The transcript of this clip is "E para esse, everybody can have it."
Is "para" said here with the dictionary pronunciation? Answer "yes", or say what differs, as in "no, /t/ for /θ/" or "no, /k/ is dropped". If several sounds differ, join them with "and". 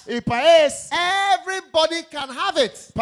no, /ɹ/ is dropped